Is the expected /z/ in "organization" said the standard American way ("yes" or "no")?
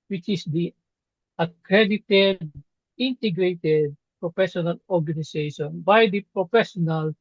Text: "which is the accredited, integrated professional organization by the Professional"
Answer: no